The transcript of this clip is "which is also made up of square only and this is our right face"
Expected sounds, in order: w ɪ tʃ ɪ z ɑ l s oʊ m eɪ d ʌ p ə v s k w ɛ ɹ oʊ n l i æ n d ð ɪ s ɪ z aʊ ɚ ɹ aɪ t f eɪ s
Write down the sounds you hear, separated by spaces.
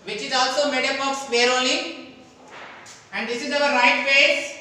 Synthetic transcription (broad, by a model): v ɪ tʃ ɪ z ɑ l s oʊ m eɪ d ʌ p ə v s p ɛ ɹ oʊ l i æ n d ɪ s ɪ z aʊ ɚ ɹ aɪ t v eɪ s